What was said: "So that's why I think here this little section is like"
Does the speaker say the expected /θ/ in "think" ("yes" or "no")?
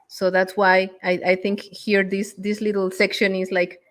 yes